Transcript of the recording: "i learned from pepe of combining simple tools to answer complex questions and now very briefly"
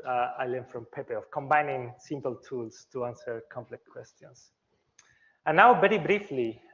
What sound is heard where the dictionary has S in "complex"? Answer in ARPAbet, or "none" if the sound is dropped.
none